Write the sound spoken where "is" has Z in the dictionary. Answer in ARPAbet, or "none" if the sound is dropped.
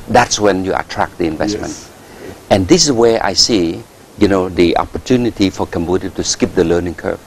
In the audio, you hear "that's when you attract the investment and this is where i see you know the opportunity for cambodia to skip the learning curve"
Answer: S